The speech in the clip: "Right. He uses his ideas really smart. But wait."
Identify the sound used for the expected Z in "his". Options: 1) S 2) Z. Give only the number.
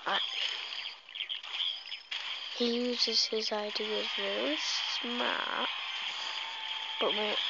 2